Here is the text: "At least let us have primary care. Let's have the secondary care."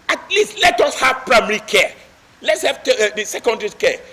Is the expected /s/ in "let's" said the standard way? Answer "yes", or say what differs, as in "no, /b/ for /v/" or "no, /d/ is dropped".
yes